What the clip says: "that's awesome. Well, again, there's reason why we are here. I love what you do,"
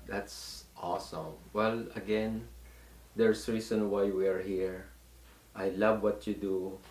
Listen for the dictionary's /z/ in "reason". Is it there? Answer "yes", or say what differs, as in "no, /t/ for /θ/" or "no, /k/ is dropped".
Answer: no, /s/ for /z/